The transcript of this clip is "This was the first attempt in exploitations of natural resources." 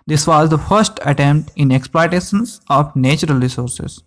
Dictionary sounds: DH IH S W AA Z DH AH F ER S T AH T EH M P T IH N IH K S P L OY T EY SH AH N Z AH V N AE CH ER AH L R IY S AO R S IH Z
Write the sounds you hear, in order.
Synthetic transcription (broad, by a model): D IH S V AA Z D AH F ER S T AH T EH M P T IH N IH K S P L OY T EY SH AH N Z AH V N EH CH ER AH L R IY S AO R S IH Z